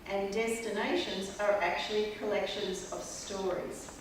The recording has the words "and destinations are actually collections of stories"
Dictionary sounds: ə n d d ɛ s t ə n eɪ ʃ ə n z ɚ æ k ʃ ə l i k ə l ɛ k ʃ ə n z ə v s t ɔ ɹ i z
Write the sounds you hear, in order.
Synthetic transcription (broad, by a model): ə n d d ɛ s t ə n eɪ ʃ ə n z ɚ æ k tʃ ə l i k ə l ɛ k ʃ ə n z ə v s t ɔ ɹ i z